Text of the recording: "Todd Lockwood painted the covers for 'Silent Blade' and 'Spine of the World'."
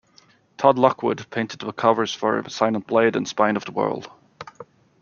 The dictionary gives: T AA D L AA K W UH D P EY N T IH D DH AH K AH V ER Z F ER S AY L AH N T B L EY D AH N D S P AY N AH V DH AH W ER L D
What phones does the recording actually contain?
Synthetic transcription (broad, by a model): T AA D L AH K W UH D P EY N T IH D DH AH K AH V ER Z F ER S AY N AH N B L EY D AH N S P AY N AH V DH AH W ER L D